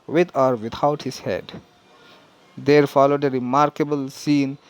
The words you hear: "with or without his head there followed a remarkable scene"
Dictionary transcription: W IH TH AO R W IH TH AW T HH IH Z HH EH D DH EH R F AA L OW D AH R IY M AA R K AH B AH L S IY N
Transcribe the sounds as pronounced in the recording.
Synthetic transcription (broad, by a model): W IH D AO R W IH T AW T HH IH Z HH EH D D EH R F AA L OW D AH R IY M AA R K AH B AH L S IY N